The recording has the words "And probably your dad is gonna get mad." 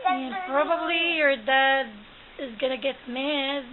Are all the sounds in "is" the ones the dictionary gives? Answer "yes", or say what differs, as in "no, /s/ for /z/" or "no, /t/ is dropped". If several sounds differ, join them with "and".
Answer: yes